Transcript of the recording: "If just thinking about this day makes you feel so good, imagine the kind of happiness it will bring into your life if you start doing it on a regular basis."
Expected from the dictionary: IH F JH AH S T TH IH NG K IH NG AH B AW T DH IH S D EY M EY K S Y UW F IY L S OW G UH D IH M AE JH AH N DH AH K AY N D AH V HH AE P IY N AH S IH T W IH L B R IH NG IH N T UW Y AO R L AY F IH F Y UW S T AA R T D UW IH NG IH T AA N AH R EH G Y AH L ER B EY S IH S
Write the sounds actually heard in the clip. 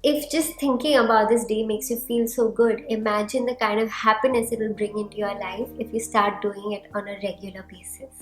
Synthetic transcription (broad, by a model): IH F JH AH S T T IH NG K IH NG AH B AW T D IH S D EY M EY K S Y UW F IY L S OW G UH D IH M AE JH AH N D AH K AY N D AH V HH AE P IY N AH S IH T W IH L B R IH NG IH N T UW Y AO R L AY F IH F Y UW S T AA R T D UW IH NG IH T AA N AH R EH G Y AH L ER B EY S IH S